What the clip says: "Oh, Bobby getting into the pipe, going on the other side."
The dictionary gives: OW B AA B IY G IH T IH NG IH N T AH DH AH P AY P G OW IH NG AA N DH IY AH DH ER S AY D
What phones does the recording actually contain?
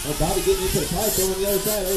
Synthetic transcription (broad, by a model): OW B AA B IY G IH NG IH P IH T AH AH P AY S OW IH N DH IY AH DH ER S AY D